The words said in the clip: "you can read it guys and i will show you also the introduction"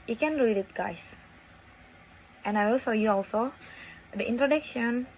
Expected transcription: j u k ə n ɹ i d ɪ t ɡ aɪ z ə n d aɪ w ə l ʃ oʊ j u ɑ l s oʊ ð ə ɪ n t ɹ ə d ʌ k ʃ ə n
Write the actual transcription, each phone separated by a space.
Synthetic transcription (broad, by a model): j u k ə n ɹ i d ɪ t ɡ aɪ s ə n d aɪ w ə l s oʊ j u ɑ l s oʊ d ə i n t ɹ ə d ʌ k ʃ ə n